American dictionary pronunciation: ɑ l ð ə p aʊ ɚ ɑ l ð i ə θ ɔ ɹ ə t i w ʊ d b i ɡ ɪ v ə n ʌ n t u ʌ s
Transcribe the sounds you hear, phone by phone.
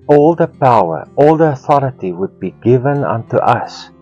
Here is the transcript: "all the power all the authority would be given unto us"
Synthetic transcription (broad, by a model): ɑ l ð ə p aʊ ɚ ɑ l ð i ə θ ɔ ɹ ə t i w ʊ d b i ɡ ɪ v ə n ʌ n t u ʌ s